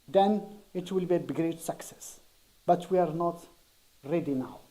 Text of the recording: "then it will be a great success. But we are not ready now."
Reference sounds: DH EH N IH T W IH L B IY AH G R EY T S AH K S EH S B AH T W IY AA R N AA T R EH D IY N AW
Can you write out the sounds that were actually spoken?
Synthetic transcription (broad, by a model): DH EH N IH T W IH L B IY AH G R EY T S AH K S EH S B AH T W IY AA R N AA T R EH D IY N AW